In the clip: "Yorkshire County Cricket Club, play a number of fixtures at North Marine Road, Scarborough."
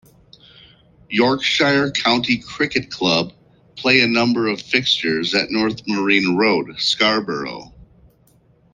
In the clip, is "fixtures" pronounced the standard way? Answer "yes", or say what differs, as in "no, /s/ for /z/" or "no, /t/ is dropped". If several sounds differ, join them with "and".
yes